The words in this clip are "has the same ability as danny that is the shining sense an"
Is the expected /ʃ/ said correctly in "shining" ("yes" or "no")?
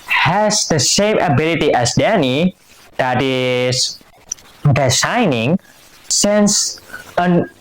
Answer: no